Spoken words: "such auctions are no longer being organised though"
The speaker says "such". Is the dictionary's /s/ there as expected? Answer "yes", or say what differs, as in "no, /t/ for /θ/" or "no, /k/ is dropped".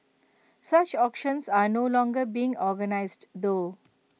yes